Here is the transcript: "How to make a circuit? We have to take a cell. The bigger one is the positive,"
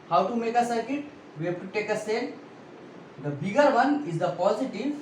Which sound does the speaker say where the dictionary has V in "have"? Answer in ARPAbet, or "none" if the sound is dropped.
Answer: F